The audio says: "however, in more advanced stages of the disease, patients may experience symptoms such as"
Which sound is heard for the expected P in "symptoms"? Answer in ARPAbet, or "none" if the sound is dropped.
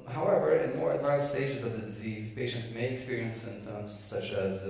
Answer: P